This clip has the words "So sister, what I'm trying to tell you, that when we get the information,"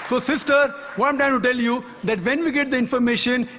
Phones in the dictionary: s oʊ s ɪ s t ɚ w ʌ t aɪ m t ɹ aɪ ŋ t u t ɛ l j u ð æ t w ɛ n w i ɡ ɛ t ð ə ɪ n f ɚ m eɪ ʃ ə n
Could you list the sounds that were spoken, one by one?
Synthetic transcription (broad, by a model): s oʊ s ɪ s t ɚ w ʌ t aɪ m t aɪ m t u t ɛ l j u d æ t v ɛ n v i ɡ ɛ t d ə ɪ n f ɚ m eɪ ʃ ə n